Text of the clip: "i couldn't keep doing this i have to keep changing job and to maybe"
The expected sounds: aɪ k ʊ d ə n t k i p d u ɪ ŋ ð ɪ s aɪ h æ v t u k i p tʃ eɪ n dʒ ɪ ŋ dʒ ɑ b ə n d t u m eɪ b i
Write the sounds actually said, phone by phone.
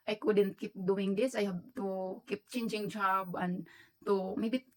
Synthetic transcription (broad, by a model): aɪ k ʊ d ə n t k i p d u ɪ ŋ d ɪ s aɪ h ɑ b t u k i p tʃ eɪ n dʒ ɪ ŋ dʒ ɑ b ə n t u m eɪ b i